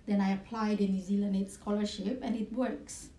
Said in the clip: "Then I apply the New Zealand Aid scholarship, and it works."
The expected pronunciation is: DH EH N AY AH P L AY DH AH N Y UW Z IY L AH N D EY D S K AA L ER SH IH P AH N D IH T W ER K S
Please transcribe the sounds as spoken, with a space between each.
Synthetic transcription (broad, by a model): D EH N AY AH P L AY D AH N Y UW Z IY L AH N EY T S K AA L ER SH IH P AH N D IH T W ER K S